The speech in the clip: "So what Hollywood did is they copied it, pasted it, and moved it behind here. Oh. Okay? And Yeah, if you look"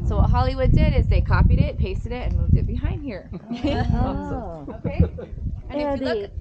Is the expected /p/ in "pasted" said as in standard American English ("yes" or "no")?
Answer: yes